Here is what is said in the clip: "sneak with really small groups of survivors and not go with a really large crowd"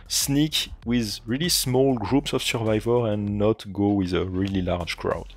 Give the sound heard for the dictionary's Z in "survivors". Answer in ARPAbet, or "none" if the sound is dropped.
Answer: none